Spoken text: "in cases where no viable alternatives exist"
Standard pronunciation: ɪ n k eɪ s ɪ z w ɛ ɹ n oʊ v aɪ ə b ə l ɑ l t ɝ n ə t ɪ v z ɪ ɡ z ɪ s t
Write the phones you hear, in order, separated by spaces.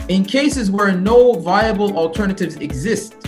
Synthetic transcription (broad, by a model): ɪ n k eɪ s ɪ z w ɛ ɹ n oʊ v aɪ ə b ə l ɑ l t ɝ n ə t ɪ v z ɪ ɡ z ɪ s t